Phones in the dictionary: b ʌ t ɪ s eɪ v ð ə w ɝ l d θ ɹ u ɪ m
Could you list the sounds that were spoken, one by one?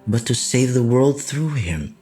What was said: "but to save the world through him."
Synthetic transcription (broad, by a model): b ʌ t ɪ s eɪ v ð ə w ɝ l d θ ɹ u ɪ m